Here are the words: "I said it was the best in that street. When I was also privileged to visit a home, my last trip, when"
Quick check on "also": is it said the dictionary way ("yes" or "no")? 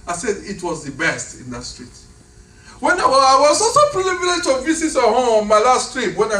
no